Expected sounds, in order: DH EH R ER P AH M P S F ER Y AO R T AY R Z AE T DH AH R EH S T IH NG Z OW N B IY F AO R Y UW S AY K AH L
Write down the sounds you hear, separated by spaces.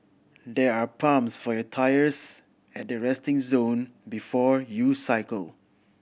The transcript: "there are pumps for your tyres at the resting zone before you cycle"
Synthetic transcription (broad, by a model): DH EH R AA P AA M S F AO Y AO T AY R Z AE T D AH R EH S T IH NG Z OW N B IY F AO R Y UW S AY K AH L